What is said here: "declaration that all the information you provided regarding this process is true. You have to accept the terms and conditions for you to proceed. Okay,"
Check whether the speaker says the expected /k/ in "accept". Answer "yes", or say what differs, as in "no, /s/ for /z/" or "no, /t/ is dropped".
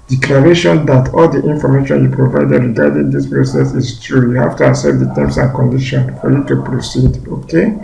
no, /k/ is dropped